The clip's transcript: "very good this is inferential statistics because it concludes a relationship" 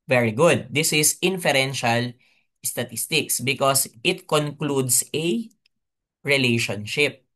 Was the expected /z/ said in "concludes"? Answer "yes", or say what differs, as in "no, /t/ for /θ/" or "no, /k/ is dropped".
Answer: no, /s/ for /z/